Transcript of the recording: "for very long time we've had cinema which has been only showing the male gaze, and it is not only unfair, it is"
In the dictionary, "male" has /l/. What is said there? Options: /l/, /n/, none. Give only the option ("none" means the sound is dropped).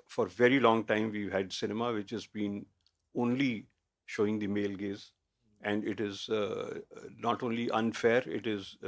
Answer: /l/